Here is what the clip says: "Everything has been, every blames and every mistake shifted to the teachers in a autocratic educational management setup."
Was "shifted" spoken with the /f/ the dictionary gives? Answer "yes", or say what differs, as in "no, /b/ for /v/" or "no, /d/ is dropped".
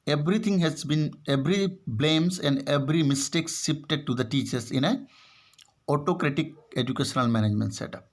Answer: no, /p/ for /f/